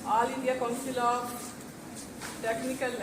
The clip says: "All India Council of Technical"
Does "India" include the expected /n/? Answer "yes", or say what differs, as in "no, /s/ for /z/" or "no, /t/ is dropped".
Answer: no, /n/ is dropped